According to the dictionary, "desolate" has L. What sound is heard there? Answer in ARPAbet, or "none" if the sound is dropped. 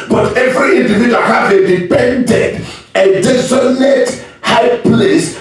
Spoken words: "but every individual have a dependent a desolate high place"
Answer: N